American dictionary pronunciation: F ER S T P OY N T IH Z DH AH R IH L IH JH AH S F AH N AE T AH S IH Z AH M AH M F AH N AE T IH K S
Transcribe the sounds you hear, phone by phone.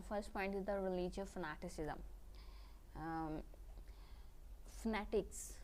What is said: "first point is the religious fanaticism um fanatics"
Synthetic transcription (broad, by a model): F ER S T P OY N T IH Z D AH R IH L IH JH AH F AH N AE T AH S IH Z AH AH M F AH N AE T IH K S